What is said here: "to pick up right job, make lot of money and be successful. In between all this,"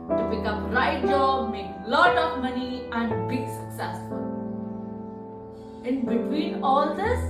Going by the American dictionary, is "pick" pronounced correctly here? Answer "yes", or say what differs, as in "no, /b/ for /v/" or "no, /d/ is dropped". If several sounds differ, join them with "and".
no, /b/ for /p/